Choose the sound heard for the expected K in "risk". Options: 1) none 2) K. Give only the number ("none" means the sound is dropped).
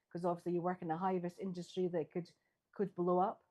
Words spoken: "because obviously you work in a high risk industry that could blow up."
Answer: 1